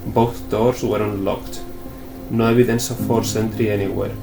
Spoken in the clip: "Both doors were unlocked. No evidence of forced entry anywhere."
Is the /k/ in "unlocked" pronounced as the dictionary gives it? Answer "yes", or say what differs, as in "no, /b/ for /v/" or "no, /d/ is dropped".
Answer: yes